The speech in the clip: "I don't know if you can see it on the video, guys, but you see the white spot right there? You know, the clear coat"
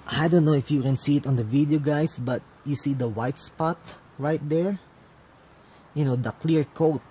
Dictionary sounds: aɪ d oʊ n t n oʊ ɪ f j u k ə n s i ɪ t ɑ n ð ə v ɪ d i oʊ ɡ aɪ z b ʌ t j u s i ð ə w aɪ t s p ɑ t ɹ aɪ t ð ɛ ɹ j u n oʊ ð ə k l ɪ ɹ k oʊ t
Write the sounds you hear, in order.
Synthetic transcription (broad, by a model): aɪ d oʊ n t n oʊ ɪ f j u k ə n s i ɪ t ɑ n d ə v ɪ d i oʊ ɡ aɪ s b ʌ t j u s i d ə w aɪ t s p ɑ t ɹ aɪ t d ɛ ɹ j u n oʊ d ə k l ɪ ɹ k oʊ t